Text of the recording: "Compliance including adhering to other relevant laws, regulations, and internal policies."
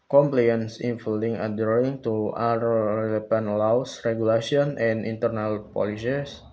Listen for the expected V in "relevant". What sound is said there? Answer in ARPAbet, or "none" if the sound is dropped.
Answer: P